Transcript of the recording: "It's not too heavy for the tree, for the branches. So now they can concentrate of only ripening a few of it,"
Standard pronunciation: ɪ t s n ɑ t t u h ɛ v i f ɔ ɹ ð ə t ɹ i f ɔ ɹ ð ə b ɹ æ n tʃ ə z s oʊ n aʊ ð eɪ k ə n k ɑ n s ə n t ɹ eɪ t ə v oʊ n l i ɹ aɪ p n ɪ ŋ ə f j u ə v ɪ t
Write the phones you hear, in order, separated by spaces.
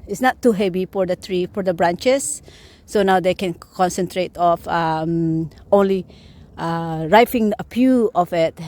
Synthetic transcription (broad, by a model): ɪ t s n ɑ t t u h ɛ v i f ɔ ɹ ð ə t ɹ i f ɔ ɹ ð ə b ɹ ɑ n tʃ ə s oʊ n aʊ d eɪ k ə n k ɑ n s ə n t ɹ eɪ t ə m oʊ n l i ɹ aɪ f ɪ ŋ ə p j u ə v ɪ t